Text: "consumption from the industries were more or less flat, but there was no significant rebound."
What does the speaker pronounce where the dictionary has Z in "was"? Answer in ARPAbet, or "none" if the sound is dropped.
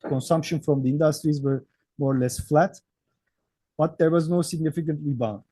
Z